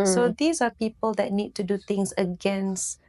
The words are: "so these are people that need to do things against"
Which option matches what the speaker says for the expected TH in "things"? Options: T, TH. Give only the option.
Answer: T